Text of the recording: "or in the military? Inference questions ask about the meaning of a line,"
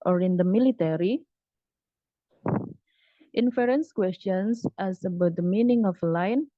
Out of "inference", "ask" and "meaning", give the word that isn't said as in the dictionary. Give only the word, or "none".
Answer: ask